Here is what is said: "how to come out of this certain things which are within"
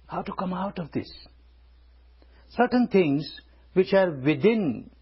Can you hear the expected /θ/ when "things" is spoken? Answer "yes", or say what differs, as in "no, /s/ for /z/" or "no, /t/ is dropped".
no, /t/ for /θ/